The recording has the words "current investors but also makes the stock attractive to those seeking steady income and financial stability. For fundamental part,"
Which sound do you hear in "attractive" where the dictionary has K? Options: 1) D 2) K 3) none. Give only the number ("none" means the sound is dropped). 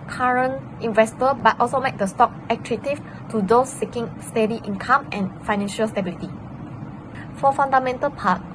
3